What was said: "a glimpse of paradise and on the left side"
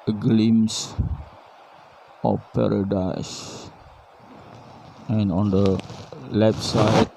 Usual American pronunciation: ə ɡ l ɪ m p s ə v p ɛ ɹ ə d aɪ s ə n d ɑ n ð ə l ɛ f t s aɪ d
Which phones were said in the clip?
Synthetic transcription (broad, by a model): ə ɡ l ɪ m s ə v p ɛ ɹ ə d aɪ s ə n ɑ n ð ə l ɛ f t s aɪ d